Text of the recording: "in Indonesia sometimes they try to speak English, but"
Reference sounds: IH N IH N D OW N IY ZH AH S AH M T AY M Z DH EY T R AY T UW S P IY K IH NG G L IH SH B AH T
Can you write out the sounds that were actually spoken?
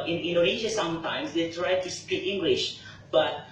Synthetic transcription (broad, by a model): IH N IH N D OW IY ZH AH S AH M T AY M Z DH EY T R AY T UW S P IY K IH NG G L IH SH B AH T